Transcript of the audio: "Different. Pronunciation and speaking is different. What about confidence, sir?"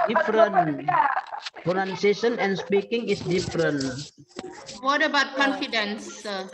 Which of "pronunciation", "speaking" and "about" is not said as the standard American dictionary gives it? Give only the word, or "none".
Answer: pronunciation